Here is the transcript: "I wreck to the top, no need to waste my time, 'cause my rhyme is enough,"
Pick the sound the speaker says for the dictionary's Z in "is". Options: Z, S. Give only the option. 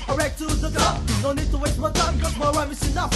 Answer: S